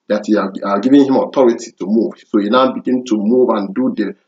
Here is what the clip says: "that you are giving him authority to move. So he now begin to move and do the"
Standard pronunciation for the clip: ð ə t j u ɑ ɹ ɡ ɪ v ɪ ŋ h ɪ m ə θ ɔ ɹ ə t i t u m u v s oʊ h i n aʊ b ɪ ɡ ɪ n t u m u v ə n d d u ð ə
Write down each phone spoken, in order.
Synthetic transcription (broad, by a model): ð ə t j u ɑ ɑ ɡ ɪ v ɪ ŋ h ɪ m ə t ɔ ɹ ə t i t u m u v s oʊ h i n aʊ b ɪ ɡ ɪ n t u m u v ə n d d u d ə